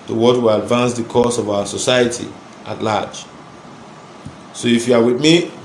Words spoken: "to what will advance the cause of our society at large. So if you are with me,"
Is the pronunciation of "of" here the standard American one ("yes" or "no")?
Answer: yes